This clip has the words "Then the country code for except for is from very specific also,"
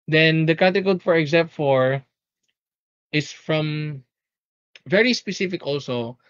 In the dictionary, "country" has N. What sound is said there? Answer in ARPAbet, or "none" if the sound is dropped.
none